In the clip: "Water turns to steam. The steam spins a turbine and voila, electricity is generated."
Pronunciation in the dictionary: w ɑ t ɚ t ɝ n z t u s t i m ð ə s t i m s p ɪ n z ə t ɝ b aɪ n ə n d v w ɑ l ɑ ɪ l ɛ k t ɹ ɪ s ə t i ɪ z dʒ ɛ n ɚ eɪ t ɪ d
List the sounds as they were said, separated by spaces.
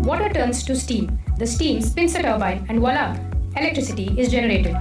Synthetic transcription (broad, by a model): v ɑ t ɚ t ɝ n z t u s t i m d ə s t i m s p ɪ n s ə t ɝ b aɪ ə n d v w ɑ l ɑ ɪ l ɛ k t ɹ ɪ s ə t i ɪ z dʒ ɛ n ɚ eɪ t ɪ d